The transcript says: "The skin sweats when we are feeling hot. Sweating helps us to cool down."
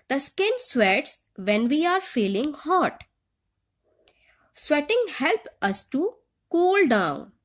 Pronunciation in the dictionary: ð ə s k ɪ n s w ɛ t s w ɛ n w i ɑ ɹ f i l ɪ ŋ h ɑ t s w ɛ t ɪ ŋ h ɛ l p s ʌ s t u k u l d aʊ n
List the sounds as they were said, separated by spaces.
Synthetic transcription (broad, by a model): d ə s k ɪ n s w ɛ t s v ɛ n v i ɑ ɹ f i l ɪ ŋ h ɑ t s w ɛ t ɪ ŋ h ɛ l p ʌ s t u k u l d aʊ n